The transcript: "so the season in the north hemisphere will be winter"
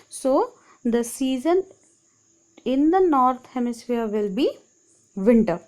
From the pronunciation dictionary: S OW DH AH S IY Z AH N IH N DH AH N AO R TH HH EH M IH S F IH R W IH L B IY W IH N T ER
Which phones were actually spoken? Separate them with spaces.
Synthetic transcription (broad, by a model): S OW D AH S IY Z AH N IH N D AH N AO R T HH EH M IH S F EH R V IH L B IY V IH N T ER